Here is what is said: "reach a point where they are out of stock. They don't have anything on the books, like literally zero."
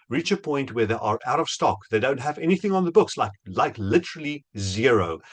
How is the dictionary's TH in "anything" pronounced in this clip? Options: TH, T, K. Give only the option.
TH